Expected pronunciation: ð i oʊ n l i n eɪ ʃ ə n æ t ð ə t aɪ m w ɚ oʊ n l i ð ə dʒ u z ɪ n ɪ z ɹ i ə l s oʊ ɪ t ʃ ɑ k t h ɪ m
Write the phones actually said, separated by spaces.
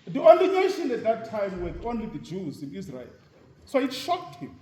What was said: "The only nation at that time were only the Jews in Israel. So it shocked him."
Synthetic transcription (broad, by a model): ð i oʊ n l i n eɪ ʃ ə n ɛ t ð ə t aɪ m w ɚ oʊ n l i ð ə dʒ u z ɪ n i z ɹ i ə l s oʊ ɪ t ʃ ɑ k t h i m